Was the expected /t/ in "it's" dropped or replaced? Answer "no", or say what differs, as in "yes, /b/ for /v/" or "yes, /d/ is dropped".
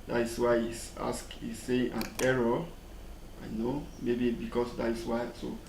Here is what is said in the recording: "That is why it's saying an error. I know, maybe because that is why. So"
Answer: yes, /s/ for /t/